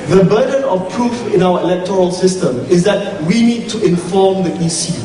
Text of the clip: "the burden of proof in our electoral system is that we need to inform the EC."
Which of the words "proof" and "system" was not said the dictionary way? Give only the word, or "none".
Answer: none